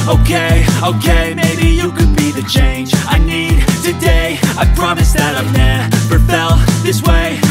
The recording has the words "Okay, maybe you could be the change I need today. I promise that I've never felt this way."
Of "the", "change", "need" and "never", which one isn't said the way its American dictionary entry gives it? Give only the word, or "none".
never